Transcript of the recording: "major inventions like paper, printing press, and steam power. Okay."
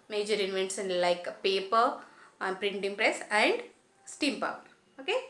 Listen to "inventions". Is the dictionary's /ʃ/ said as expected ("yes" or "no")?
no